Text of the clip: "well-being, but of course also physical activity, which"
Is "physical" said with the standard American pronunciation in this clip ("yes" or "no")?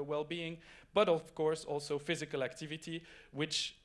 yes